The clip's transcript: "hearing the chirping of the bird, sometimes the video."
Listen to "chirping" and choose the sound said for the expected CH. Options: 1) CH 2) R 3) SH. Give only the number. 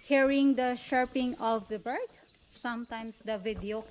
3